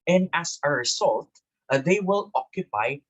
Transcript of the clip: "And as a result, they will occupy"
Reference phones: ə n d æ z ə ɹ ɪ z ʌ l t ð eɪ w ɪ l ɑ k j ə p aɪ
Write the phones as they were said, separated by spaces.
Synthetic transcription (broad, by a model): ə n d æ s ə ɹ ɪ s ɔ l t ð eɪ w ɪ l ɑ k j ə p aɪ